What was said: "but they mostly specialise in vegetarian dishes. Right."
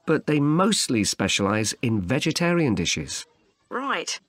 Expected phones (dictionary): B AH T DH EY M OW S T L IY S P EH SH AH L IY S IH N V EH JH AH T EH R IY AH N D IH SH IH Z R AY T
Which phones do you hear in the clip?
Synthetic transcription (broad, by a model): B AH T DH EY M OW S T L IY S P EH SH AH L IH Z IH N V EH JH AH T EH R IY AH N D IH SH IH Z R AY T